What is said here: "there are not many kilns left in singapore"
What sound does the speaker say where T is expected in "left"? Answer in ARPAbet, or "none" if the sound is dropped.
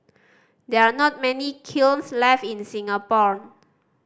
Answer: none